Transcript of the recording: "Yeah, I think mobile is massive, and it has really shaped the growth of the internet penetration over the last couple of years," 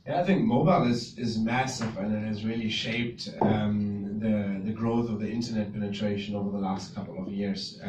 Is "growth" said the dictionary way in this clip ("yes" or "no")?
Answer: yes